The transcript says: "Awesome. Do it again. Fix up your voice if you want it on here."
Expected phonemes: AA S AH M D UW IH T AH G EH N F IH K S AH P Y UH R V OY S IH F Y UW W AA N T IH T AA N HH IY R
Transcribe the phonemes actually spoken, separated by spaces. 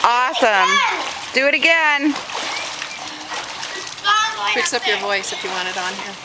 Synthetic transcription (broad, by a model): AA S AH M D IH IH T AH G EH N P IH K S AH P Y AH R V OY S IH F Y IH W AA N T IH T N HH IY R